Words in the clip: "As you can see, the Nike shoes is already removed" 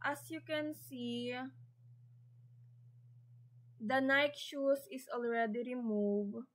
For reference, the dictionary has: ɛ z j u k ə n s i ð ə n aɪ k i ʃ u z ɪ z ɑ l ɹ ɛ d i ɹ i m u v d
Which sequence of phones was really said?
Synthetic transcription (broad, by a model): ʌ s j u k ə n s i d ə n aɪ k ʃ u s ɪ s ɑ l ɹ ɛ d i ɹ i m u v